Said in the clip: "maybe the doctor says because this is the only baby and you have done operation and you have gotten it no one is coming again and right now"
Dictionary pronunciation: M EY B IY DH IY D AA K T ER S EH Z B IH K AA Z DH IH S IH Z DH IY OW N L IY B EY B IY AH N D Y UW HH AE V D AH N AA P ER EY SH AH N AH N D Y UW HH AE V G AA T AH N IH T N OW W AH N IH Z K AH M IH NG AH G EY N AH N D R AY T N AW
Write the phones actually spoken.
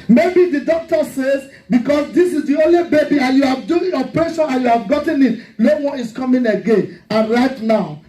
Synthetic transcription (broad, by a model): M EY B IY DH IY D AA K T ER S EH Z B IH K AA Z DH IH S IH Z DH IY OW N L IY B EY B IY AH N Y UW HH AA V D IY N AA P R EY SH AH N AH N Y UW HH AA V G AA T AH N IH T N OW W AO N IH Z K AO M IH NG AH G EY N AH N R AY T N AW